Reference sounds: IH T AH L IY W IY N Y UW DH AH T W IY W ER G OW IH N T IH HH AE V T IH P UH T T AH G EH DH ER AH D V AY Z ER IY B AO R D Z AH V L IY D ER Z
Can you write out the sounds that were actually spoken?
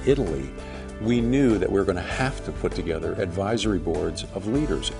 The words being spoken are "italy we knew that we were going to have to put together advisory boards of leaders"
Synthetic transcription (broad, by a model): IH T L IY W IY N Y UW DH AH T W IY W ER G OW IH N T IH HH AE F T IH P UH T T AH G EH DH ER AH D V AY Z ER IY B AO R D Z AH V L IY D ER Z